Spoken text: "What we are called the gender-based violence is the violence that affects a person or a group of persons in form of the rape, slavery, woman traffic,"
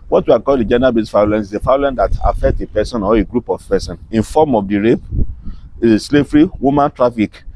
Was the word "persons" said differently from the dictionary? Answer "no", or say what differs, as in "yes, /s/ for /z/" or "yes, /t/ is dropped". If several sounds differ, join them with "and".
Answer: yes, /z/ is dropped